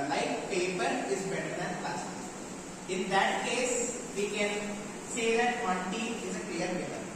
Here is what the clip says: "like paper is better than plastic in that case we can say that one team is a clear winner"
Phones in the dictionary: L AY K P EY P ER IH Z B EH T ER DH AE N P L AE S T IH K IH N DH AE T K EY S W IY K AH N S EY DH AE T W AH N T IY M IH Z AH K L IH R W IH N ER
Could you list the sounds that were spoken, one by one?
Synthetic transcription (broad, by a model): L AY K P EY P ER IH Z B EH T ER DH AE N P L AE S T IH IH N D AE T K EY S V IY K AH N S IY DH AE T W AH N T IY IH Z AH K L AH R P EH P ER